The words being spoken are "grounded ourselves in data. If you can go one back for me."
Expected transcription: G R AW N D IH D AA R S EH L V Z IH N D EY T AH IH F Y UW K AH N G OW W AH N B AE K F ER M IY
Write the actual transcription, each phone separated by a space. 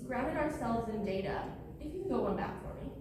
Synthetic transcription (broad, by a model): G R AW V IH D AA R S EH L V Z IH N D EY T AH IH F Y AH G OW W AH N B AE K F ER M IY